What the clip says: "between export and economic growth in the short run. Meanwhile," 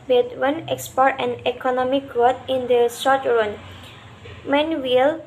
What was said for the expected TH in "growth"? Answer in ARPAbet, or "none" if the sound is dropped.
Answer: T